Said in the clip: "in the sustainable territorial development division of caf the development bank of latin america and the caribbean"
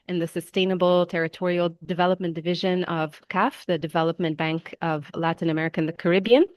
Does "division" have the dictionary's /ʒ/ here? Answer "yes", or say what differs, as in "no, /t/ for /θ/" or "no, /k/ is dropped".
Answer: yes